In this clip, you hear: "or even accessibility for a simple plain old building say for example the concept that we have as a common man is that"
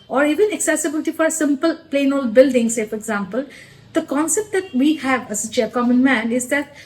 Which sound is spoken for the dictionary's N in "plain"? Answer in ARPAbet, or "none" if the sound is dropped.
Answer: N